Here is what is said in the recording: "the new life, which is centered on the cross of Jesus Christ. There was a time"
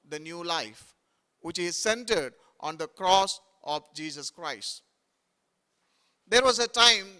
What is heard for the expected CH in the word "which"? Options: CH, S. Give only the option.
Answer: CH